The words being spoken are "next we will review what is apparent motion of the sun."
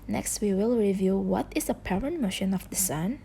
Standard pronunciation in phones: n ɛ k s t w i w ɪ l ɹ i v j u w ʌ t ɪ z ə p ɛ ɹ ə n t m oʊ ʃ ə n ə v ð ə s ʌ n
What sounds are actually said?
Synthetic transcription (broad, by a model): n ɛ k s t w i w ɪ l ɹ i v j u w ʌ t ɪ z ə p ɛ ɹ ə n t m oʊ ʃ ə n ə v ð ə s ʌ n